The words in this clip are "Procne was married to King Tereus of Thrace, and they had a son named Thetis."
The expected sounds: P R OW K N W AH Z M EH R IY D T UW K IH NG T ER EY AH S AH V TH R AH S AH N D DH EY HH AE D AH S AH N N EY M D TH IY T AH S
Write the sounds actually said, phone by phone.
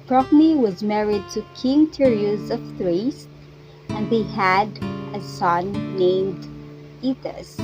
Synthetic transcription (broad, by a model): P R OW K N W AH Z M EH R IY D T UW K IH NG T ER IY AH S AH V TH R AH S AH N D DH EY HH AE D AH S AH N N EY M D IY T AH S